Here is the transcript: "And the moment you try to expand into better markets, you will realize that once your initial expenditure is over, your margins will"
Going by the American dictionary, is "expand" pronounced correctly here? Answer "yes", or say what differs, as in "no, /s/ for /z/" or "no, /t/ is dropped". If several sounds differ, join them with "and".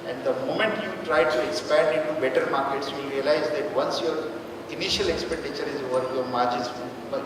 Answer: yes